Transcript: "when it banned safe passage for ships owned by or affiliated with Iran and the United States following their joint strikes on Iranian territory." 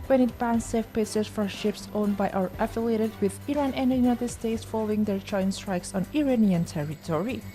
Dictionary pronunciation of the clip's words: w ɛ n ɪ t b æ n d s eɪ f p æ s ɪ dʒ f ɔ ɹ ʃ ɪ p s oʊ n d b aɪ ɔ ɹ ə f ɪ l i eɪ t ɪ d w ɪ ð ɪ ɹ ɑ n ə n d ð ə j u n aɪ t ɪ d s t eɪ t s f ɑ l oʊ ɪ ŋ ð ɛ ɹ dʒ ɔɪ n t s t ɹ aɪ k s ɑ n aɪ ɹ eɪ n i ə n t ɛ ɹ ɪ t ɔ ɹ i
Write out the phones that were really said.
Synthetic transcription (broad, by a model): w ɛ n ɪ t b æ n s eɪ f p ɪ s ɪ z f ɔ ɹ ʃ ɪ p s oʊ n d b aɪ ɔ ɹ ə f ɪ l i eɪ t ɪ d w ɪ ð ɪ ɹ ɑ n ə n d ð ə j u n aɪ t ɪ d s t eɪ t s f ɑ l oʊ ɪ ŋ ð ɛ ɹ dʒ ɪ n s t ɹ aɪ k s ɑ n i ɹ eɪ n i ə n t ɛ ɹ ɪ t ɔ ɹ i